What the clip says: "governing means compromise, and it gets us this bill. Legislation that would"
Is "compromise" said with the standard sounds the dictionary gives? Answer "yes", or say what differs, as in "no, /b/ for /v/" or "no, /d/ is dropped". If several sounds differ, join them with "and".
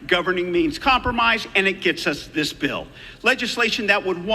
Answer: yes